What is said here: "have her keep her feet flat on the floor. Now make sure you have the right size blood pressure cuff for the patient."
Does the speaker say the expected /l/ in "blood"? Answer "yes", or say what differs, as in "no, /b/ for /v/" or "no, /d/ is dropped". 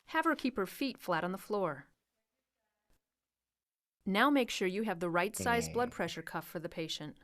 yes